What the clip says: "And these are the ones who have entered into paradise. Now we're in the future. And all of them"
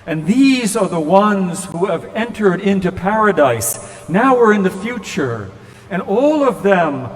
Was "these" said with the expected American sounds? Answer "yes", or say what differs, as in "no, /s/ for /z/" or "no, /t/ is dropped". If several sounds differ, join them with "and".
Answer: yes